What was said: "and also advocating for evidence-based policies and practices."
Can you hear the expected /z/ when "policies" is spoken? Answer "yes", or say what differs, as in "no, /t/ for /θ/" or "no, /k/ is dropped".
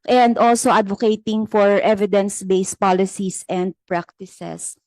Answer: no, /s/ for /z/